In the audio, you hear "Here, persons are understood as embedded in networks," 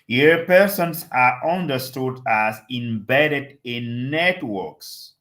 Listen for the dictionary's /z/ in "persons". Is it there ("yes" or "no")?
no